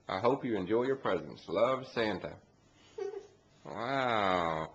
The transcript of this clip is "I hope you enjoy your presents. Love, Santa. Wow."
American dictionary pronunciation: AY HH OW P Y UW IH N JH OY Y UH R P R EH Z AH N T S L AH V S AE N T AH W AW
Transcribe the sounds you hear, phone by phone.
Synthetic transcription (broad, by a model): AY HH OW P Y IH IH N JH OY Y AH R P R EH Z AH N S L AH V S AE N T AH W AW